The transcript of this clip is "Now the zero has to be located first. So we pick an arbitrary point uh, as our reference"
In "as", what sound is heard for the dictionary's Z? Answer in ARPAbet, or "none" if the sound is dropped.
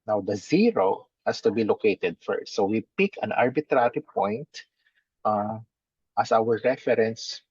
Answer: S